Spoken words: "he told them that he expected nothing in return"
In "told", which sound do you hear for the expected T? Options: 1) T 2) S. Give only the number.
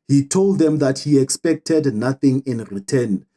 1